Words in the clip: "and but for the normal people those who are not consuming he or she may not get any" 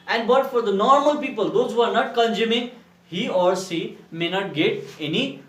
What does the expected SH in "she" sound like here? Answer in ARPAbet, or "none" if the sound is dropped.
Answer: S